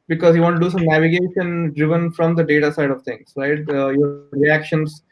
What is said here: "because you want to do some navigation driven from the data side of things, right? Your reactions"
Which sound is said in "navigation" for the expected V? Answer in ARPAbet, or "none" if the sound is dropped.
V